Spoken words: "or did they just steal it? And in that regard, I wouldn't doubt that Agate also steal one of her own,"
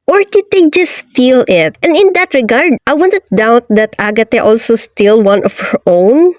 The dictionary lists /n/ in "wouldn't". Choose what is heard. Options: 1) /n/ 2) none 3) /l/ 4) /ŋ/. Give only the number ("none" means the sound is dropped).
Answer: 2